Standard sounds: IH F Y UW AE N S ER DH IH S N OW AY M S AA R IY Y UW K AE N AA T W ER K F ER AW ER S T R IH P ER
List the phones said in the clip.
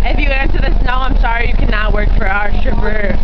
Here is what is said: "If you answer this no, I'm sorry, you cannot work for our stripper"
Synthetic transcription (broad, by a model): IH F Y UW AE N S ER DH IH S N OW AY M S AA R IY Y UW K AE N AA T W ER K F ER AW ER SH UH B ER